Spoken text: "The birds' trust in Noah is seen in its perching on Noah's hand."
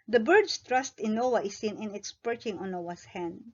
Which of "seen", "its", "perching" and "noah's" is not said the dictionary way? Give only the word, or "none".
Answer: noah's